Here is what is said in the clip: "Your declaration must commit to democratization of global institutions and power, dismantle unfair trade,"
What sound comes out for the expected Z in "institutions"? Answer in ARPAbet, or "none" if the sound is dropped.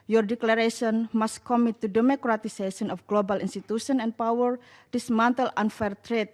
none